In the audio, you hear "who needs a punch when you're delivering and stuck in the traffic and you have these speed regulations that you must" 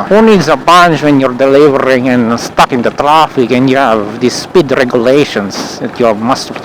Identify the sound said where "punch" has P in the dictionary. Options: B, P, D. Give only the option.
B